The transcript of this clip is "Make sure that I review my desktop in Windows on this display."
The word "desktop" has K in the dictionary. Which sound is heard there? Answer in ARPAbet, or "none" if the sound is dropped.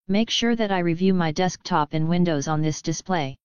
K